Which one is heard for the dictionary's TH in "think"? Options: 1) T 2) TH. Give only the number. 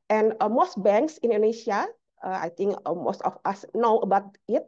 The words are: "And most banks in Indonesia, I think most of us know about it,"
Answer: 1